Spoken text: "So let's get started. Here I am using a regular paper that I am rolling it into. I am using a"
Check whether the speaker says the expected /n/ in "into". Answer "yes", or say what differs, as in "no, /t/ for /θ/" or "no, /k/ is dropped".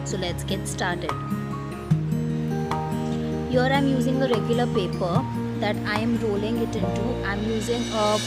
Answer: yes